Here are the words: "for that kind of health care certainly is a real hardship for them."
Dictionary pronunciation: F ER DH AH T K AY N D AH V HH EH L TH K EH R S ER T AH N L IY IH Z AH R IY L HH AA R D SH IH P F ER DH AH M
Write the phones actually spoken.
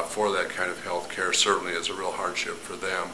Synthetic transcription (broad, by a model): F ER DH AH T K AY N D AH V HH EH L TH K EH R S ER T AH N L IY IH Z AH R IY L HH AA R D SH IH P F ER DH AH M